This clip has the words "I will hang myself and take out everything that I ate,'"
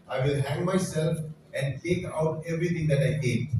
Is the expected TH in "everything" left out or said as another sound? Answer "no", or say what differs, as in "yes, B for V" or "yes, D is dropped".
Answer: yes, T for TH